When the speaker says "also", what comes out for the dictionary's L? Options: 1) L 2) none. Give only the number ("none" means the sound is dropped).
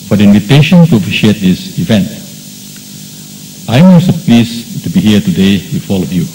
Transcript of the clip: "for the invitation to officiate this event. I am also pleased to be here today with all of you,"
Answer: 2